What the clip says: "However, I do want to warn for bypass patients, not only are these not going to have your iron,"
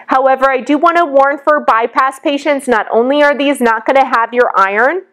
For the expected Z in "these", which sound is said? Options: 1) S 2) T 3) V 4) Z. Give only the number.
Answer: 4